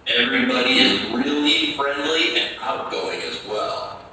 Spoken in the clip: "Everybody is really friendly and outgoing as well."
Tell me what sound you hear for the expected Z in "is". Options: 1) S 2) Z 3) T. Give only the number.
2